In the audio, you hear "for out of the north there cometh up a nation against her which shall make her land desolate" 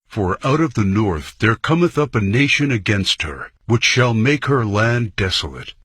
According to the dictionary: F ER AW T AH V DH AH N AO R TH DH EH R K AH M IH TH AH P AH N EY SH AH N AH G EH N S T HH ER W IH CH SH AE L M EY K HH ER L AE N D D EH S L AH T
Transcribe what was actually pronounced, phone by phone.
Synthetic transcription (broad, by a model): F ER AW T AH V DH AH N AO R TH DH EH R K AH M IH TH AH P AH N EY SH AH N AH G EH N S T HH ER W IH CH SH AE L M EY K HH ER L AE N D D EH S L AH T